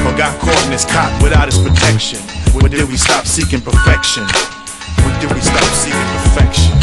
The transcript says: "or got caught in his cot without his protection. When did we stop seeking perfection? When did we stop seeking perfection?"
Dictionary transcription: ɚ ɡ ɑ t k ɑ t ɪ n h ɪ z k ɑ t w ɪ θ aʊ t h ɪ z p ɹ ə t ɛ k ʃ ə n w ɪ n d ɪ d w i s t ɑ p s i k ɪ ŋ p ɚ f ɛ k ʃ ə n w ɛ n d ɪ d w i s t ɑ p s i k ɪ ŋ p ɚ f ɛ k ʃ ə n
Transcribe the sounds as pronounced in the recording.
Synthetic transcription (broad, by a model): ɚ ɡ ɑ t k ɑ ɪ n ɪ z k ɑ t w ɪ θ aʊ t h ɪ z p ɹ ə t ɛ k ʃ ə n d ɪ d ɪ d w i s t ɑ p s i k ɪ ŋ p ɚ f ɛ k ʃ ə n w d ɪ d w i s t ɑ p s i k ɪ ŋ p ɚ f ɛ k ʃ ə n